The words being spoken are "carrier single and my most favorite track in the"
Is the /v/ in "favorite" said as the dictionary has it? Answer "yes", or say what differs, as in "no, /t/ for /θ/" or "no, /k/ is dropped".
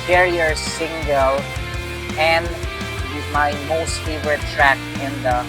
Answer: no, /w/ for /v/